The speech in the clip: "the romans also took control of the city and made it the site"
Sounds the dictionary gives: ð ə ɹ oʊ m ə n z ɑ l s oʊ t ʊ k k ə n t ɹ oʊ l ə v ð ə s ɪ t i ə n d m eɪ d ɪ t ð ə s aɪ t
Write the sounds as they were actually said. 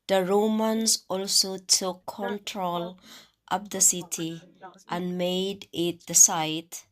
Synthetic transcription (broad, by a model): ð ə ɹ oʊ m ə n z ɑ l s oʊ t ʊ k k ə n t ɹ oʊ l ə p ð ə s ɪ t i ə n m eɪ d ɪ t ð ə s aɪ t